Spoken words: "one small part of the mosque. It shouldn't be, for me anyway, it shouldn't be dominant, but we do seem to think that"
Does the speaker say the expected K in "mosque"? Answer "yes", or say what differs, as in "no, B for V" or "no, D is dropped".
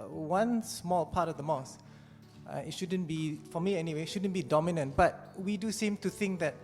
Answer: no, K is dropped